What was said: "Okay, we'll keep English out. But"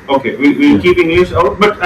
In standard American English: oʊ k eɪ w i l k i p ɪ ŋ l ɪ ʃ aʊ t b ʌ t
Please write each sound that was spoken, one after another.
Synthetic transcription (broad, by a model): oʊ k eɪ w i w k i p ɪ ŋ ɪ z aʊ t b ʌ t